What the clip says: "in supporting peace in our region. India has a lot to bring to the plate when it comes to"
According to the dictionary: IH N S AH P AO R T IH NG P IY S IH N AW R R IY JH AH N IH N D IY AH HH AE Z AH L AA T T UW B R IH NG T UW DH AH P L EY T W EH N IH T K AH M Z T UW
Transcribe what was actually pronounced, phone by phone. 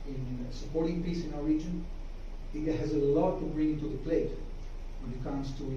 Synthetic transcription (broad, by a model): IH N S AH P AO R T IH NG P IY S IH N AW R R IY JH AH N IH D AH HH AE Z AH L AA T T UW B R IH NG T UW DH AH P L EY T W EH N IH T K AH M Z T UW